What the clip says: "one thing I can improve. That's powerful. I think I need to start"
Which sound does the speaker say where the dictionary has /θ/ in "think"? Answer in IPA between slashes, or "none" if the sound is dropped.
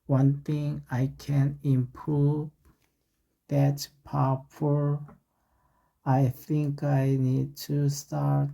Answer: /θ/